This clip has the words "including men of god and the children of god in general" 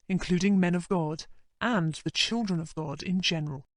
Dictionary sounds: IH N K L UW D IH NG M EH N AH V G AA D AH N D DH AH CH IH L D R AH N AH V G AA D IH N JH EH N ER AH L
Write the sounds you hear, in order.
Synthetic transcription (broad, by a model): IH N K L UW D IH NG M EH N AH V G AA D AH N DH AH CH IH L D R AH N AH V G AA D IH N JH EH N ER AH L